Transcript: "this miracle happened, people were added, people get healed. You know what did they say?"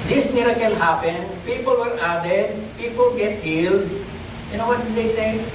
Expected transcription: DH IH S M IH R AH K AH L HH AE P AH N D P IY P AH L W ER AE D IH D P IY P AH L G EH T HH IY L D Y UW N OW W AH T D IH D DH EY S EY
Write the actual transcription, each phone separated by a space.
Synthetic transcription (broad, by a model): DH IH S M IH R AH K AH L HH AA P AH N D P IY P AH L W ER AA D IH D P IY P AH L G EH T HH IY L D Y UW N OW W AH T D IH D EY S EY